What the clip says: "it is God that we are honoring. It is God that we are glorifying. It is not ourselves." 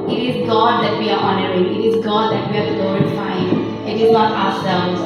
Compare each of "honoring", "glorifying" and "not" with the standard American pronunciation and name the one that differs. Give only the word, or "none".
glorifying